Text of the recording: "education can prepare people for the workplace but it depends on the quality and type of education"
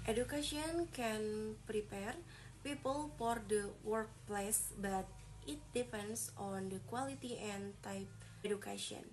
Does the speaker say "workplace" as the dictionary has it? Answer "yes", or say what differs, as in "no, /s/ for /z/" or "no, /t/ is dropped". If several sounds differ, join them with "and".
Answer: yes